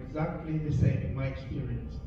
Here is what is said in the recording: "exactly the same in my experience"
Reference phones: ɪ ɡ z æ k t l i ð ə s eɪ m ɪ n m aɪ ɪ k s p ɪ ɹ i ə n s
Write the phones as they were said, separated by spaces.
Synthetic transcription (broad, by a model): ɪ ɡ z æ k t l i ð ə s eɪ ɪ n m aɪ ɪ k s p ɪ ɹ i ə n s